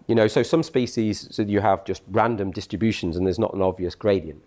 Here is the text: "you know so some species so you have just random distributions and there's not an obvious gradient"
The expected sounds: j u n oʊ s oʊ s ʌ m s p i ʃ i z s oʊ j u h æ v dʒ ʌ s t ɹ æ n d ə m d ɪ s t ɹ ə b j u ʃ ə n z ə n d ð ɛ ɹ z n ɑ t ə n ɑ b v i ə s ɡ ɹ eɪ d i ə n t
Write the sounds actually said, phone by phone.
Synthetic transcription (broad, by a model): j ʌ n oʊ s oʊ s ʌ m s p i ʃ i z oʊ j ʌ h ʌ v dʒ ʌ s t ɹ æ n d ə m d ɪ s t ɹ ə b j u ʃ ə n z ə n ð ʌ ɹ z n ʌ t ə n ɑ b v i ə s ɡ ɹ eɪ d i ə n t